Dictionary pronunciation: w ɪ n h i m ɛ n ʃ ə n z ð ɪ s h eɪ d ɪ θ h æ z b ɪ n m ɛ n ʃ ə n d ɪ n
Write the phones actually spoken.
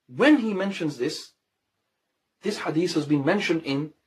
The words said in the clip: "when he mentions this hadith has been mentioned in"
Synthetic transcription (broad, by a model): w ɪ n i m ɛ n ʃ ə n z ð ɪ s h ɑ d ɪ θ h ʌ z b ɪ n m ɛ n ʃ ə n d ɪ n